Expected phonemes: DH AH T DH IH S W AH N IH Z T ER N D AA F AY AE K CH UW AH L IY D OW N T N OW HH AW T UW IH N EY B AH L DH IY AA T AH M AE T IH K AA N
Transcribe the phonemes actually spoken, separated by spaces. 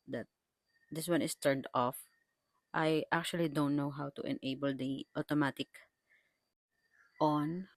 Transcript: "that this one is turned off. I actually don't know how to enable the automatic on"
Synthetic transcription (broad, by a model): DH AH T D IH S W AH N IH S T ER N D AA F AY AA K CH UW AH L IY D OW N T N OW HH AW T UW IH N EY B AH L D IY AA T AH M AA T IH K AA N